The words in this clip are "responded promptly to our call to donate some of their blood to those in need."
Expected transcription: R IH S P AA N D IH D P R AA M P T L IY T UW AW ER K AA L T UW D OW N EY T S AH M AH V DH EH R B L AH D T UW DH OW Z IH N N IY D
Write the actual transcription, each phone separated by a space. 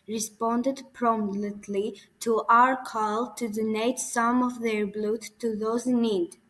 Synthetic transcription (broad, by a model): R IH S P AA N D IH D P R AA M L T L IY T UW AW ER K AA L T UW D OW N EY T S AH M AH V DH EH R B L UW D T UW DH OW IH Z N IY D